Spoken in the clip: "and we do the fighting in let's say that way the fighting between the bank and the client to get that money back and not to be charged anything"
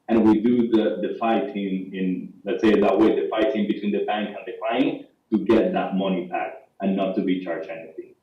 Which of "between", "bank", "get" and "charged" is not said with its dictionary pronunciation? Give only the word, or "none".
charged